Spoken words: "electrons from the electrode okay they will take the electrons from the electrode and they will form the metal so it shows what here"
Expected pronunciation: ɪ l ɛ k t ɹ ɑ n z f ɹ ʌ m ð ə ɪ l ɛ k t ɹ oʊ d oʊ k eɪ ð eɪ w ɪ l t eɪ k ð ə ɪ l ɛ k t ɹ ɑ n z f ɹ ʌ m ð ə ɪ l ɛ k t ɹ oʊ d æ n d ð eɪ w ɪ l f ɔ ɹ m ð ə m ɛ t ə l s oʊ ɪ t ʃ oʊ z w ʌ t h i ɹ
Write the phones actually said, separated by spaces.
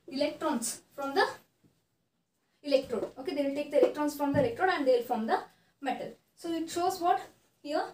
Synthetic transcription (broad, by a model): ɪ l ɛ k t ɹ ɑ n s f ɹ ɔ m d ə ɪ l ɛ k t ɹ oʊ d oʊ k eɪ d eɪ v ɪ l t eɪ k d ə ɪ l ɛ k t ɹ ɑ n s f ɹ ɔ m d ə ɪ l ɛ k t ɹ oʊ d æ n d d eɪ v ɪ l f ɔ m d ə m ɛ t ə l s oʊ ɪ t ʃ oʊ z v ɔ t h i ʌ